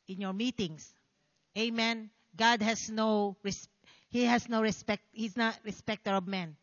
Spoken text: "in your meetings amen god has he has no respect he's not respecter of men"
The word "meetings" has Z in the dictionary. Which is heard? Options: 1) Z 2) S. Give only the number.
2